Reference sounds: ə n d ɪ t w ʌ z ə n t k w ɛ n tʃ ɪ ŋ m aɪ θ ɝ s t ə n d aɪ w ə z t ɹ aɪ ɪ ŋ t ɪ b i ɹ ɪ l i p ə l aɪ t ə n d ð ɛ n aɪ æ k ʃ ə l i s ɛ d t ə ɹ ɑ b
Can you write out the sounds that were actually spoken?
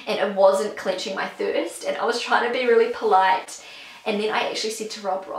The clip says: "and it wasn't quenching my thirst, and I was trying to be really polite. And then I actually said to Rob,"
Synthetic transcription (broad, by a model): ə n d ɪ t w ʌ z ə n k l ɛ n tʃ ɪ ŋ m aɪ θ ɝ s t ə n aɪ w ə z t ɹ aɪ ɪ ŋ t ɪ b i ɹ ɪ l i p ə l aɪ t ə n ð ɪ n aɪ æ k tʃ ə l i s ɛ d t ə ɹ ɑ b